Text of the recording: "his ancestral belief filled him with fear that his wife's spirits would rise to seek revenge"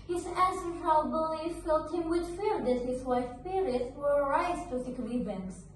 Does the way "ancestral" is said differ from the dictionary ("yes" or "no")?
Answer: yes